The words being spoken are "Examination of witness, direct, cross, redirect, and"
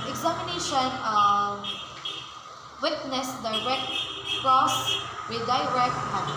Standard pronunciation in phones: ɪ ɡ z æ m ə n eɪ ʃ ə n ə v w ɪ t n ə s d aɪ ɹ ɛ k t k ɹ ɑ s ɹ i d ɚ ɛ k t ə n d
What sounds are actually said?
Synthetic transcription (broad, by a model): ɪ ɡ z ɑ m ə n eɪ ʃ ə n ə w ɪ t n ə s d aɪ ɹ ɛ k t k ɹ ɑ s w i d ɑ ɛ k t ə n